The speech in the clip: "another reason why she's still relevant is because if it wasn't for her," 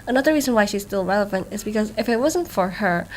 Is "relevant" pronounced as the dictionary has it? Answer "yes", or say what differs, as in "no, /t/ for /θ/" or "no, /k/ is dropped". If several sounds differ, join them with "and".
yes